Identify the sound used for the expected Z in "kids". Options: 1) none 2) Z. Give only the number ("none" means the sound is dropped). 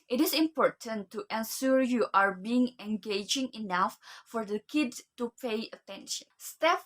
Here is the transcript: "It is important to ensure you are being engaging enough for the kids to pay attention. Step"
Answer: 1